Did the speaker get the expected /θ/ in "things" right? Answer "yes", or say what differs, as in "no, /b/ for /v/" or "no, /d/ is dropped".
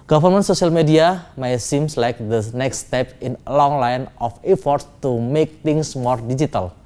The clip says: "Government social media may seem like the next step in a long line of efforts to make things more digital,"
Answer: no, /t/ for /θ/